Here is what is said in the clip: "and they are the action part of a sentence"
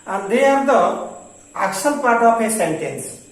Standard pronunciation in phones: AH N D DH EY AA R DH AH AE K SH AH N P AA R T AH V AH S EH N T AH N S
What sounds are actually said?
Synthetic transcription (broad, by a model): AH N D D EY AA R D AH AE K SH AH L P AA R T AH F AH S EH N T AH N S